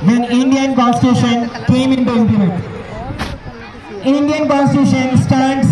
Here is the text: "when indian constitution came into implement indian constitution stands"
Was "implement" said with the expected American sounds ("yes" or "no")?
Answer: no